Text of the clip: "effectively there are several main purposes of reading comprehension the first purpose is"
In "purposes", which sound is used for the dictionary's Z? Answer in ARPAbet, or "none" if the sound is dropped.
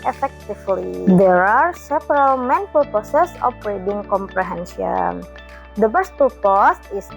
S